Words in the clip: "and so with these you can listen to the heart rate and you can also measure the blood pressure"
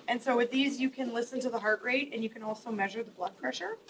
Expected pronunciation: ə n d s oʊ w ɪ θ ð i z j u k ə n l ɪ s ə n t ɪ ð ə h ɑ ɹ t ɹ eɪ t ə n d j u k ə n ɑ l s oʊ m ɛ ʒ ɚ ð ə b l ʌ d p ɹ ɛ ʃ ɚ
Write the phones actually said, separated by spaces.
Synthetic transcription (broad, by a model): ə n s oʊ w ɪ ð i z j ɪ k ə n l ɪ s ə n t ɪ ð ə h ɑ ɹ t ɹ eɪ t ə n j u k ə n ɑ l s oʊ m ɛ ʒ ɚ ð ə b l ʌ d p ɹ ɛ ʃ ɚ